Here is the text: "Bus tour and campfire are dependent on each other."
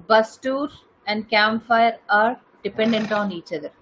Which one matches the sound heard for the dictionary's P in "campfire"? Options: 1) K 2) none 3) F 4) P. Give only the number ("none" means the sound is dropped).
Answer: 2